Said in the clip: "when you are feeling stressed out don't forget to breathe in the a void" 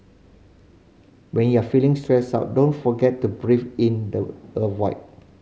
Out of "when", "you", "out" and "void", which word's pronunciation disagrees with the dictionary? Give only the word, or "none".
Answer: void